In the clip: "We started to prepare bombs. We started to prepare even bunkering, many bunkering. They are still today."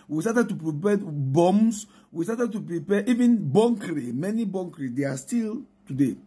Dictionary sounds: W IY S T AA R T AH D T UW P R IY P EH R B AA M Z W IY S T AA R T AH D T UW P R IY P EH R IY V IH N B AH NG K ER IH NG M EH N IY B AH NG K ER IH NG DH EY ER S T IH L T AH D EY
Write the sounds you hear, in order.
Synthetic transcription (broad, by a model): W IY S T AA T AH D T UW P R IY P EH B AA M S W IY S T AA T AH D T UW P R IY P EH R IY V IH N B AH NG K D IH M EH N IY B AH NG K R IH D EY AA S T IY L T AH D EY